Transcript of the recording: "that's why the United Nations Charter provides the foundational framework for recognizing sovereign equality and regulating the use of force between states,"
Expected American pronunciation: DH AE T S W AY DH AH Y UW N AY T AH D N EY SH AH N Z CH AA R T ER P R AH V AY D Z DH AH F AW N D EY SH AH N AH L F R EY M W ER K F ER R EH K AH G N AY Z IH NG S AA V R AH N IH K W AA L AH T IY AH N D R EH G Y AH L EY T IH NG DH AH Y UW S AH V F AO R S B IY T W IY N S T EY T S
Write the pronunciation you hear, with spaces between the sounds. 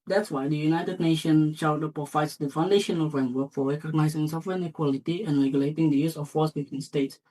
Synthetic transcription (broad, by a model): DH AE T S W AY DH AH Y UW N AY T AH D N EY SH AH N CH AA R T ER P R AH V AY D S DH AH F AW N D EY SH AH N AH L F R EY M W ER K F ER R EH K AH G N AY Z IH NG S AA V R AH N IH K W AA L AH T IY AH N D R EH G Y AH L EY T IH NG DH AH Y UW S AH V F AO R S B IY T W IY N S T EY T S